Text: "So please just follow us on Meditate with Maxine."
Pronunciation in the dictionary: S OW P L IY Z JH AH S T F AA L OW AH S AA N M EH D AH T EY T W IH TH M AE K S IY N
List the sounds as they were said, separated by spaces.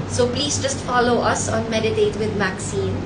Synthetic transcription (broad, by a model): S OW P L IY Z JH AH S T F AA L OW AH S AA N M EH D AH T EY T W IH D M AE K S IY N